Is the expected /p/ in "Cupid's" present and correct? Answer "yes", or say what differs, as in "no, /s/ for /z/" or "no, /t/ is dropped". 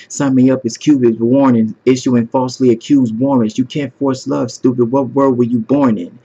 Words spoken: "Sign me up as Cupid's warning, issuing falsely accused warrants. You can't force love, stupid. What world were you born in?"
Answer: no, /b/ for /p/